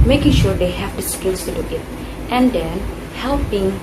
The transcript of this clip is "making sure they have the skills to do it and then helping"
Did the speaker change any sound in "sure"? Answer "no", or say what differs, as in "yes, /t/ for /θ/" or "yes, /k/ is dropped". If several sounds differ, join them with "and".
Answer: no